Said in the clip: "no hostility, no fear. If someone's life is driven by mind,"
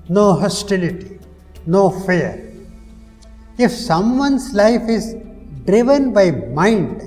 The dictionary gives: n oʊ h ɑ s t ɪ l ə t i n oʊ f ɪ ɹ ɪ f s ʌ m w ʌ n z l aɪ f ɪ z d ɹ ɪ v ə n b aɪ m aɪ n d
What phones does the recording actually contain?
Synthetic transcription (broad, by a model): n oʊ h ɑ s t ɪ l ə t i n oʊ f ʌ ɹ ɪ f s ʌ m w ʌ n s l aɪ f ɪ z d ɹ ɪ v ə n b aɪ m aɪ n d